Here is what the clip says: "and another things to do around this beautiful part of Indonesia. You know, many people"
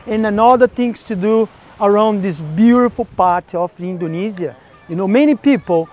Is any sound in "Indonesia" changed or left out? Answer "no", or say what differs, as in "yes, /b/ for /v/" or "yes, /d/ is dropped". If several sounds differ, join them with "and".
yes, /z/ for /ʒ/